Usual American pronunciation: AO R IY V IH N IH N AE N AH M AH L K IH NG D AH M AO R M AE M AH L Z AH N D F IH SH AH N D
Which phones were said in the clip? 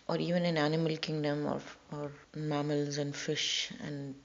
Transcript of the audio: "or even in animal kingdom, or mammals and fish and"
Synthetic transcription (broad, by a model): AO R IY V IH N IH N AE N AH M AH L K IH NG D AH M AO R M AE M AH L Z AH N D F IH SH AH N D